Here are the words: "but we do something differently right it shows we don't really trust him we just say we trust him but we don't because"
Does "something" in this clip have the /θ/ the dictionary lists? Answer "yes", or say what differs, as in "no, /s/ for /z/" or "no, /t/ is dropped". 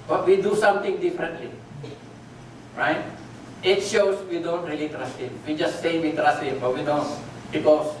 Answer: no, /t/ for /θ/